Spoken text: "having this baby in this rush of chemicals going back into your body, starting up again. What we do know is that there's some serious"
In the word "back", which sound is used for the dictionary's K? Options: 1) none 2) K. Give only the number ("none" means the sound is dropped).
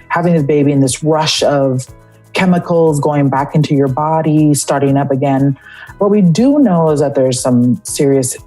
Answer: 2